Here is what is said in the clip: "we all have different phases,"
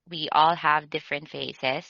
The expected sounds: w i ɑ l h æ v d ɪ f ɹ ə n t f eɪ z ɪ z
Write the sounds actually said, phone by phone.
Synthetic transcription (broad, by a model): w i ɑ l h æ v d ɪ f ɹ ə n t f eɪ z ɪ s